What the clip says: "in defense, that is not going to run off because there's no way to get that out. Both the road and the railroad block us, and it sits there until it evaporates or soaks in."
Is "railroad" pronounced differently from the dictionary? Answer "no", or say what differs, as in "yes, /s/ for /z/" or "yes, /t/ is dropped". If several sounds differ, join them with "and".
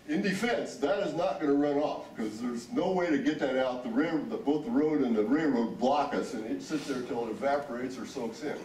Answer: yes, /l/ is dropped